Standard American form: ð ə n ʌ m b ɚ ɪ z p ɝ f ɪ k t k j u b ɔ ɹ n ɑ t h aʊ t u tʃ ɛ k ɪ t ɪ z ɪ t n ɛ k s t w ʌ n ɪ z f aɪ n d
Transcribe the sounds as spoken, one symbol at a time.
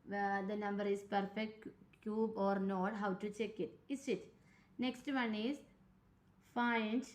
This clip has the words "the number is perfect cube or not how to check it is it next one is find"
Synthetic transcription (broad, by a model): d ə n ʌ m b ɚ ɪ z p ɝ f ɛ k t k j u b ɔ ɹ n ɑ t h aʊ t u tʃ ɛ k ɪ t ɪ s ɪ t n ɛ k s t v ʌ n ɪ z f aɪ n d